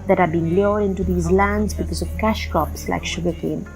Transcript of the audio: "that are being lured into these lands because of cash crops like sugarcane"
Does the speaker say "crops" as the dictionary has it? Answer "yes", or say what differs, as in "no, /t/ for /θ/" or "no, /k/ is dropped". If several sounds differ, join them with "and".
no, /ɹ/ is dropped